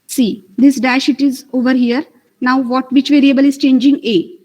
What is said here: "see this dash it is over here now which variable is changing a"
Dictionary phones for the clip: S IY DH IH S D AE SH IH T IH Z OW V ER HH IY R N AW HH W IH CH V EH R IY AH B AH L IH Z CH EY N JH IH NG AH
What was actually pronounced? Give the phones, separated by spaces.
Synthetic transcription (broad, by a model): S IY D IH S D AE SH IH T IH Z OW V ER HH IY R N AW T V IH CH V EH R IY AH B AH L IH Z CH EY N JH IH NG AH